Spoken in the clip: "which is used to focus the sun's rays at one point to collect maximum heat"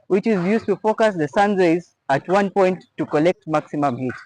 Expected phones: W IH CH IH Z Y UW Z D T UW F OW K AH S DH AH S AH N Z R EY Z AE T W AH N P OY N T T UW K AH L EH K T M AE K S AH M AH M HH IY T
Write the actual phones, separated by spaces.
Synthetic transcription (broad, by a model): W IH CH IH Z Y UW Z T UW F OW K AH S DH AH S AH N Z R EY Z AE T W AH N P OY N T T UW K AH L EH K T M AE K S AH M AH M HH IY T